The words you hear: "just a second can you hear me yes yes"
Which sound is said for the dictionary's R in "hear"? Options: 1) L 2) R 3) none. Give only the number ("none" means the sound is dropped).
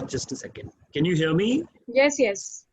1